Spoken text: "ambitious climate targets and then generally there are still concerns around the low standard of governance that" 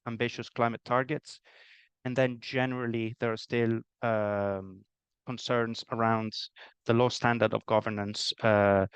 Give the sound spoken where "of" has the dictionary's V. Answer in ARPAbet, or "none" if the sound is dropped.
V